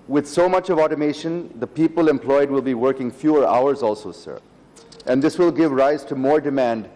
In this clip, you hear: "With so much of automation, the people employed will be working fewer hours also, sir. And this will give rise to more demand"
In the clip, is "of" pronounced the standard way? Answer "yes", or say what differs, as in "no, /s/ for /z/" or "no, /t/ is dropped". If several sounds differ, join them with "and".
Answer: yes